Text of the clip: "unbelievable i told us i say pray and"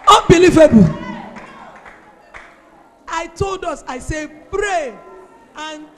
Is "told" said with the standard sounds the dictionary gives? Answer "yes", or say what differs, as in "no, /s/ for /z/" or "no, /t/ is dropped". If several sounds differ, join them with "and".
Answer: yes